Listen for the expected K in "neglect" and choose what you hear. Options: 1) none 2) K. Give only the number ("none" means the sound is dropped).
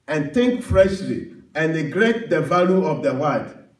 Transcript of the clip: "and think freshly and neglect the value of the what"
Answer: 1